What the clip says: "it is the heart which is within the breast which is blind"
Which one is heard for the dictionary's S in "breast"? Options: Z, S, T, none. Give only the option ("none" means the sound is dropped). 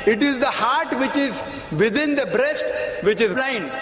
S